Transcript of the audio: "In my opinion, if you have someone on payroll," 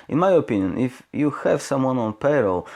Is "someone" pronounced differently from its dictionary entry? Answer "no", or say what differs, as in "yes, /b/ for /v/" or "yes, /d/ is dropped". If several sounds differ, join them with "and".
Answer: no